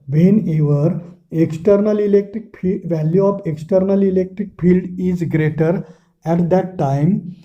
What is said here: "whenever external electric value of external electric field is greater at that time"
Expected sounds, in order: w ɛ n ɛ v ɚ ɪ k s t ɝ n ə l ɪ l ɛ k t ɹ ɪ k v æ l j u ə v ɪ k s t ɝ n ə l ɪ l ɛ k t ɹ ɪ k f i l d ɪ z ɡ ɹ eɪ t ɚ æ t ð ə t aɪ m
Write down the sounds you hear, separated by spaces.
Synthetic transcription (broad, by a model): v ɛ n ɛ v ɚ ɪ k s t ɝ n ə l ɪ l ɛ k t ɹ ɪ k v æ l j u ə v ɪ k s t ɝ n ə l ɪ l ɛ k t ɹ ɪ k f i l d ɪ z ɡ ɹ eɪ t ɚ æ t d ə t aɪ m